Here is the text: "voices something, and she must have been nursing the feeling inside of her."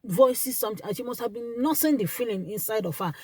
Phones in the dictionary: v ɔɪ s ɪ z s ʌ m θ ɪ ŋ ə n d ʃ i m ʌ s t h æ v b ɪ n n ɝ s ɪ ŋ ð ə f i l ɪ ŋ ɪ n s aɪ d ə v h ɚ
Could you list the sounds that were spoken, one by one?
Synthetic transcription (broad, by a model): v ɔɪ s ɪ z s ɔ m t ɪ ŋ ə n ʃ i m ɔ s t h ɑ v b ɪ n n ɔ s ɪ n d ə f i l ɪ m ɪ n s aɪ d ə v h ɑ